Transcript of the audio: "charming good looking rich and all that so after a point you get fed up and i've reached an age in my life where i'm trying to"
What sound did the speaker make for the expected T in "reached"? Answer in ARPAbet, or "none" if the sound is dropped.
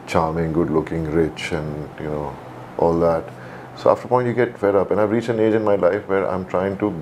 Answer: none